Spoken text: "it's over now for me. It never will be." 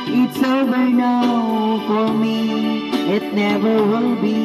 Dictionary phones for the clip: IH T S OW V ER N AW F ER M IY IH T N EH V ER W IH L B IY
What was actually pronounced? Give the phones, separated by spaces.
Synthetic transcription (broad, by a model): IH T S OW B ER N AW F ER M IY IH T N EH V ER W IH L B IY